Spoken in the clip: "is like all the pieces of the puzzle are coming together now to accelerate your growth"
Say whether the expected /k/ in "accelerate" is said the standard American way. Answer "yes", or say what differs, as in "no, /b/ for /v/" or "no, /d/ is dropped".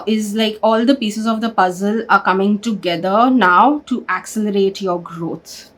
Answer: yes